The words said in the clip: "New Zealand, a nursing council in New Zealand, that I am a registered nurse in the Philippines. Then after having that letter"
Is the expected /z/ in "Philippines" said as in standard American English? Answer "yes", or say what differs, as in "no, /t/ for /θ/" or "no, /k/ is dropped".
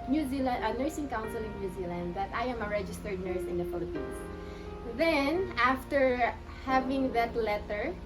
no, /s/ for /z/